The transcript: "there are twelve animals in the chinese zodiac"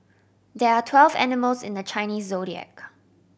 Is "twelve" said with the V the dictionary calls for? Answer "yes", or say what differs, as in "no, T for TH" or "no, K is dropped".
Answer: yes